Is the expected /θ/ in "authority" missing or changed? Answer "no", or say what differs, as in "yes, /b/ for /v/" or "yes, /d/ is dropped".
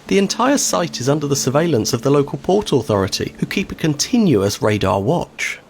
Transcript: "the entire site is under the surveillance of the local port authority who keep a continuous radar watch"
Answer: no